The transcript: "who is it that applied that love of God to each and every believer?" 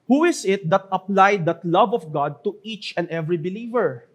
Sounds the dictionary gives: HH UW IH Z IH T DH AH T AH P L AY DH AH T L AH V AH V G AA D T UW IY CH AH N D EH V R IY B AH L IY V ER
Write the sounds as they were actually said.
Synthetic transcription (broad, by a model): HH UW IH S IH T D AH T AH P L AY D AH T L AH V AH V G AA D T UW IY CH AH N D EH V R IY B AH L IY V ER